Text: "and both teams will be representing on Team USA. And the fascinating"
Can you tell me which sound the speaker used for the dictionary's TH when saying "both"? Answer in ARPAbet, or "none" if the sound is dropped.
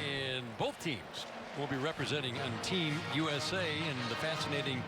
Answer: TH